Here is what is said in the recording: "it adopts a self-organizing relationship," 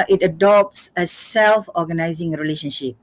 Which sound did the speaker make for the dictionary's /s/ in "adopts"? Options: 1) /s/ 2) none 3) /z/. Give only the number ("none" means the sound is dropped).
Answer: 1